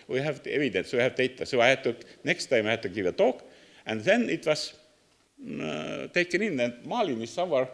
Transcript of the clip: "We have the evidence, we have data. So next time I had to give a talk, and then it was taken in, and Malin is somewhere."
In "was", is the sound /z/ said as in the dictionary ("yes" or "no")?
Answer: no